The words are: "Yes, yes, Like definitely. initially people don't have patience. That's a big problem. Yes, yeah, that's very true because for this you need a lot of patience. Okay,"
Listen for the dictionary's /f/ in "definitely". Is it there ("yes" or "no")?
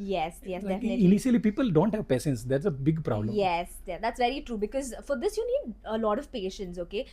no